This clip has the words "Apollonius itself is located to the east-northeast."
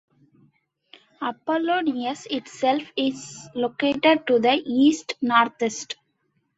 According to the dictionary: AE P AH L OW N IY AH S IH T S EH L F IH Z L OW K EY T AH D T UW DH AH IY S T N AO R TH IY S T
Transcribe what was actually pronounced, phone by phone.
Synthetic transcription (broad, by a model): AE P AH L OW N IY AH S IH T S EH L F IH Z L OW K EY T AH D T UW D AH IY S T N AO R T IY S T